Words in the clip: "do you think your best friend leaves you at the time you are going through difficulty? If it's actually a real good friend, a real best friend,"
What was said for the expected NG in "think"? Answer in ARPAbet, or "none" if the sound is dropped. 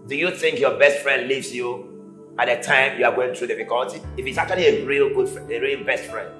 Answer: NG